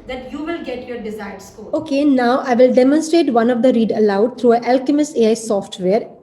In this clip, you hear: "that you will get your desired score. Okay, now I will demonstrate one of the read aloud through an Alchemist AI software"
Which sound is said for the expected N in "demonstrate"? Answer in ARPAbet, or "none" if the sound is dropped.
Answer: N